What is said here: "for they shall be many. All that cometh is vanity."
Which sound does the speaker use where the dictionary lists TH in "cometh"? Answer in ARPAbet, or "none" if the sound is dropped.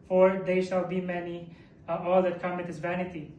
T